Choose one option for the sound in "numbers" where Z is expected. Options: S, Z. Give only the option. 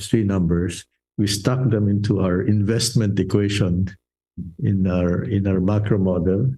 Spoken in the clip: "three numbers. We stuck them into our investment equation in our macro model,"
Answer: S